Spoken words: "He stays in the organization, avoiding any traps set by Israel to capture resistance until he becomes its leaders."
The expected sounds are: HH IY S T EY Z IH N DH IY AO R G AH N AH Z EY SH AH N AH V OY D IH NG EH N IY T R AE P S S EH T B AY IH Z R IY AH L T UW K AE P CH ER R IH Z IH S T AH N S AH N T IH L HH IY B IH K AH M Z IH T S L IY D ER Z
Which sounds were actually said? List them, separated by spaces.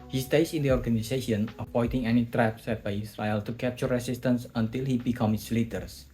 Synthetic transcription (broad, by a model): HH IY S T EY S IH N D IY AO R G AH N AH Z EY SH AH N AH P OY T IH NG EH N IY T R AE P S S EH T B AY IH S R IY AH L T UW K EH P CH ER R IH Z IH S T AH N S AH N T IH L HH IY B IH K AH M IH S L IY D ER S